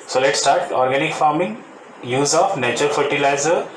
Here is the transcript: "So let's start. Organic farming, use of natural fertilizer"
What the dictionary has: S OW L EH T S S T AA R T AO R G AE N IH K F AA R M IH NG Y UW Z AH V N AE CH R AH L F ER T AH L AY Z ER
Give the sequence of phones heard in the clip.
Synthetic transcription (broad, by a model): S OW L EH T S S T AA R T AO R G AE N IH K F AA R M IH NG Y UW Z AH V N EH CH AH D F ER T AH L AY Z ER